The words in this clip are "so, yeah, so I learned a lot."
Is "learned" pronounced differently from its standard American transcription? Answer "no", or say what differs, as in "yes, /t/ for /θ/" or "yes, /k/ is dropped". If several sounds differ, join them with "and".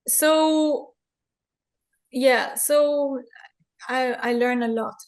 yes, /d/ is dropped